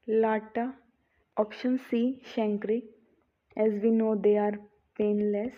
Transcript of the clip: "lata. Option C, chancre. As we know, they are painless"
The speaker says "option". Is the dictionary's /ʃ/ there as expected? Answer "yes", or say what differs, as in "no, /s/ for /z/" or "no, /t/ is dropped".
yes